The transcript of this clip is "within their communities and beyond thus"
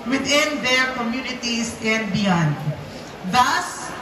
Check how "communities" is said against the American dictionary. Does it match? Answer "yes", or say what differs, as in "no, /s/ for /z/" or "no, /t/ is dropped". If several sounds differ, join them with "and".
no, /s/ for /z/